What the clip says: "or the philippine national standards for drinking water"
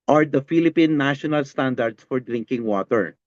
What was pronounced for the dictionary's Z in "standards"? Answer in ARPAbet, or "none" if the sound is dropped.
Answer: S